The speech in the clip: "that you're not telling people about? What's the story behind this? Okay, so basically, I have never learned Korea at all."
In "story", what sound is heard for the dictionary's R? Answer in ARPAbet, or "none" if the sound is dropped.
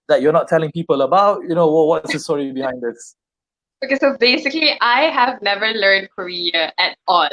R